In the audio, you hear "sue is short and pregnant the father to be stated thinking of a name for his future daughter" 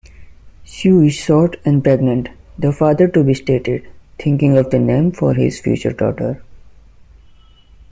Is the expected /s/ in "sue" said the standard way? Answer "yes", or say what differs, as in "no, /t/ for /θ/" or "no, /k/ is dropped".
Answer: no, /ʃ/ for /s/